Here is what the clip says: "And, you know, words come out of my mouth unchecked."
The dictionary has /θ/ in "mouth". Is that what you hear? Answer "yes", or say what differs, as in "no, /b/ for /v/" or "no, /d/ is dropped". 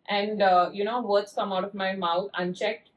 no, /t/ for /θ/